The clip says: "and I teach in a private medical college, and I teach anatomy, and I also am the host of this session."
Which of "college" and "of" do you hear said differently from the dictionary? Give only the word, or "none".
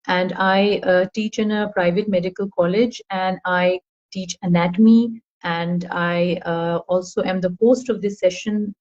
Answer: none